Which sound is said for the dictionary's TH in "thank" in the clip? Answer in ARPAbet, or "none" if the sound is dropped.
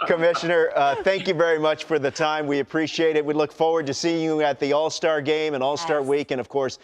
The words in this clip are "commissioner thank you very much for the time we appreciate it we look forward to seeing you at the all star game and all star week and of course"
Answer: TH